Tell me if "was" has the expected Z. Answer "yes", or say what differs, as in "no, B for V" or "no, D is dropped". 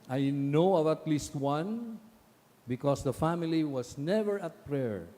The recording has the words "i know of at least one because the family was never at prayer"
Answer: no, S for Z